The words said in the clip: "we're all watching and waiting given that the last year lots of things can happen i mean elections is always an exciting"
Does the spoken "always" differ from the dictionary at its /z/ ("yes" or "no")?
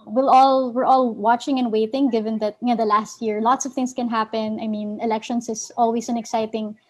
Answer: yes